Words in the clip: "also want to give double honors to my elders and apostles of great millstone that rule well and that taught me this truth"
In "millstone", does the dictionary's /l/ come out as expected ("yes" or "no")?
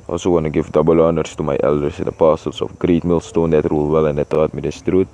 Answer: yes